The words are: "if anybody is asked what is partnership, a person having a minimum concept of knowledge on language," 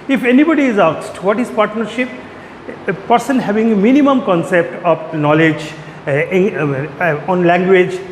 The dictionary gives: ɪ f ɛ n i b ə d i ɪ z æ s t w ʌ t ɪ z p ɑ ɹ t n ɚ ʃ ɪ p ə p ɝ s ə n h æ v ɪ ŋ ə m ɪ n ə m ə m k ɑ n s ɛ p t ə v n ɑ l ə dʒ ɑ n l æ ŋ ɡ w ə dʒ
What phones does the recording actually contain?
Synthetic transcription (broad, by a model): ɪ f ɛ n i b ə d i ɪ z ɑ s t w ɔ t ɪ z p ɑ ɹ t n ɚ ʃ ɪ p p ɝ s ə n h æ v ɪ ŋ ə m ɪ n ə m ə m k ɑ n s ɛ p t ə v n ɑ l ə dʒ ɑ n l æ ŋ ɡ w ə dʒ